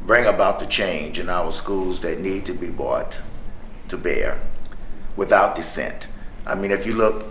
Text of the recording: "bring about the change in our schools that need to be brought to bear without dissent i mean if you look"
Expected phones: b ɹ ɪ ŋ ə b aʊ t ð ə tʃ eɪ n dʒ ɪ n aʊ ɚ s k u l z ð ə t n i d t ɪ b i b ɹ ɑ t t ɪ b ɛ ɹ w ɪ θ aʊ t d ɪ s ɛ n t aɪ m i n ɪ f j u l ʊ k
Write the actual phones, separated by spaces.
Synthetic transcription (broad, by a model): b ɹ ɪ ŋ ə b aʊ t ð ə tʃ eɪ n dʒ ɪ n aʊ ɚ s k u l z ð ə t n i d t ɪ b i b ɑ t t ɪ b ɛ ɹ w ɪ θ aʊ t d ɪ s ɛ n t aɪ m i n ɪ f j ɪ l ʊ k